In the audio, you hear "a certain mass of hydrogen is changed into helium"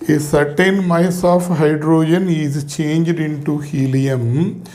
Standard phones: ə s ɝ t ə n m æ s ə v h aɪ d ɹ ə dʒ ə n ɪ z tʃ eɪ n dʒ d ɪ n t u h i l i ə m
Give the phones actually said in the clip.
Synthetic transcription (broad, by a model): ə s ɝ t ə n m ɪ s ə f h aɪ d ɹ ə dʒ ə n ɪ z tʃ eɪ n dʒ d ɪ n t u h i l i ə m